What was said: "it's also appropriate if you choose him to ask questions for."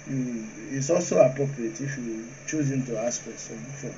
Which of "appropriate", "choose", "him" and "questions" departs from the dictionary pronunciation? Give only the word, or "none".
questions